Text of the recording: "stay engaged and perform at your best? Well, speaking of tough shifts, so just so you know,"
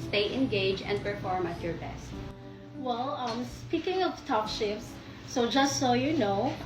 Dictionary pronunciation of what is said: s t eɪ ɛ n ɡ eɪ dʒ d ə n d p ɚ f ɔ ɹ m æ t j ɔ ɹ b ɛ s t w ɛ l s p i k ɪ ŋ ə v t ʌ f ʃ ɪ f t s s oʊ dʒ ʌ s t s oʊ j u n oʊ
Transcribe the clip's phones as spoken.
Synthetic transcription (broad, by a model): s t eɪ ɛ n ɡ eɪ dʒ ə n d p ɚ f ɔ ɹ m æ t j ɔ ɹ b ɛ s t w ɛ l s p i k ɪ ŋ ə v t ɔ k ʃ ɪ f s s oʊ dʒ ʌ s t s oʊ j u n oʊ